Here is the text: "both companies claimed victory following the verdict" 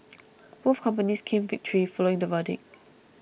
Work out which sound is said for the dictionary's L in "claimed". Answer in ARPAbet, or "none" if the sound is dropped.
none